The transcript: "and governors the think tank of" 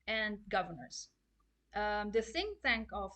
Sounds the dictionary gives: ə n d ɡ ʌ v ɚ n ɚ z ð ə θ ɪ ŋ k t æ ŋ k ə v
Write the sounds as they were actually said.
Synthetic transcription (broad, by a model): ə n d ɡ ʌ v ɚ n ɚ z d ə s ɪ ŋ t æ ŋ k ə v